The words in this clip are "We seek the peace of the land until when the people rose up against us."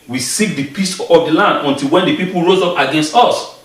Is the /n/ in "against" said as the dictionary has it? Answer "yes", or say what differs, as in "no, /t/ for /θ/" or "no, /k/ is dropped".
yes